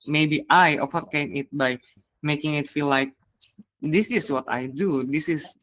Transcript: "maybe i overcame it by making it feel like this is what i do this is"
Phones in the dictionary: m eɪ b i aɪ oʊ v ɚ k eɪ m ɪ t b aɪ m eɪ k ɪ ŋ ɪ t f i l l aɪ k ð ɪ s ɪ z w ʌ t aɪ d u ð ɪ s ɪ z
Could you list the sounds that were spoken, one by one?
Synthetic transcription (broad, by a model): m eɪ b i aɪ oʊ f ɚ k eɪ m ɪ t b aɪ m eɪ k ɪ ŋ ɪ t f i l l aɪ k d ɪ s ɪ s w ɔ t aɪ d u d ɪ s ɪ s